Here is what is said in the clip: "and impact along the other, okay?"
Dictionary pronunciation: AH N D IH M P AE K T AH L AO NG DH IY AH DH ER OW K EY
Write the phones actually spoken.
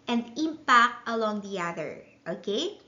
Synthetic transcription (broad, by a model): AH N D IH M P AE K T AH L AO NG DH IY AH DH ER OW K EY